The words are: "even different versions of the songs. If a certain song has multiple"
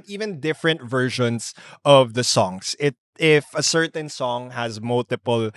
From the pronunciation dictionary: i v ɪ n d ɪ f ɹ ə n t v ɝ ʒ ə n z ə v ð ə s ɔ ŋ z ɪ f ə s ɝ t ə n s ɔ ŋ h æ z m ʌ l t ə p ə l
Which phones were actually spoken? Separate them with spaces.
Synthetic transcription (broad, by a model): i v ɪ n d ɪ f ɹ ə n t v ɝ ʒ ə n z ə v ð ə s ɔ ŋ s ɪ f ə s ɝ t ə n s ɔ ŋ h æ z m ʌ l t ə p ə l